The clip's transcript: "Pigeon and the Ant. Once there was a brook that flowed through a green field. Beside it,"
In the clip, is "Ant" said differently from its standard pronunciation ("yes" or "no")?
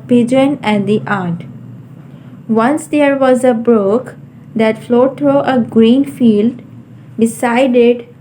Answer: yes